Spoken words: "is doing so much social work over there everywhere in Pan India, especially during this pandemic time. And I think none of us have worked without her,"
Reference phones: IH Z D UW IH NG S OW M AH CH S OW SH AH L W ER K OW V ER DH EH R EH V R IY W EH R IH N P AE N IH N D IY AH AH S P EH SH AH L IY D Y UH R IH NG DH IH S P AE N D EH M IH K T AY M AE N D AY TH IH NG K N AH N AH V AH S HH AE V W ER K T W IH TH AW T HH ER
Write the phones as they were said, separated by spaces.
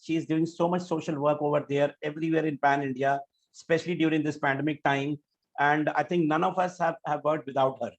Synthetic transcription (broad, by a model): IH Z D UW IH NG S OW M AH CH S OW SH AH L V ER K OW V ER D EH R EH V R IY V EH R IH N P AE N IH N D IY AH S P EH SH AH L IY D Y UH R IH NG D IH S P AE N D EH M IH K T AY M AE N D AY T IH NG K N AH N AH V AH S HH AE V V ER T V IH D AW T HH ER